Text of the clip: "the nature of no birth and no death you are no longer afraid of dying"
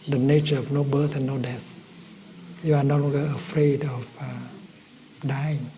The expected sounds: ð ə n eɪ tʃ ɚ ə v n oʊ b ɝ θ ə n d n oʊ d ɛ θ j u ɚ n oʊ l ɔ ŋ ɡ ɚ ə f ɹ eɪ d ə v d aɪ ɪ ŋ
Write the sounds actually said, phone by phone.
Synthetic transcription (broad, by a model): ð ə n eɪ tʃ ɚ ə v n oʊ b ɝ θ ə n n oʊ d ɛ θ j u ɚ n oʊ n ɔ ɡ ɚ ə f ɹ eɪ d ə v d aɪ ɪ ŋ